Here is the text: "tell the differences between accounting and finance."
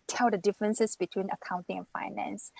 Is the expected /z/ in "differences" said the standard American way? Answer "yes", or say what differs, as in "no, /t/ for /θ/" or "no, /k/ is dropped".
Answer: no, /s/ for /z/